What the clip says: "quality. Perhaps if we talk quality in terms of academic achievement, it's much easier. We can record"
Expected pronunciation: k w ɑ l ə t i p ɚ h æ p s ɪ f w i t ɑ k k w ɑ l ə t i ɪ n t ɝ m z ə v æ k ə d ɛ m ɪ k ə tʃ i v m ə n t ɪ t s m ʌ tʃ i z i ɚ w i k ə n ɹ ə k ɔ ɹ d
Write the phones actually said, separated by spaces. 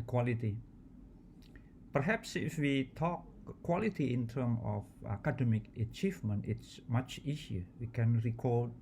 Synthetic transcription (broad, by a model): k w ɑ l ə t i p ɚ h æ p s ɪ f w i t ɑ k k w ɑ l ə t i ɪ n t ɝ m ə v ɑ k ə d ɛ m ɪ k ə tʃ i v m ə n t ɪ t s m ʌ tʃ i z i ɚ w i k ə n ɹ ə k ɔ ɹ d